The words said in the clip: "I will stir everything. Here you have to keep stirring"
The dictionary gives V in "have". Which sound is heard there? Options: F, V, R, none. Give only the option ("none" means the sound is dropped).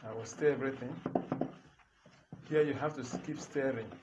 F